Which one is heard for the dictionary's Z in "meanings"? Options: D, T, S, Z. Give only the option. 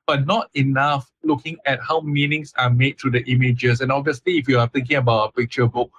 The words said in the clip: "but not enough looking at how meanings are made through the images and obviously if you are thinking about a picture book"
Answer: S